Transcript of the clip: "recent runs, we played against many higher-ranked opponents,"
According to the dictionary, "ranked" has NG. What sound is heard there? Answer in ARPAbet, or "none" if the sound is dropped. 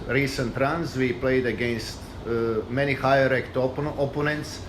none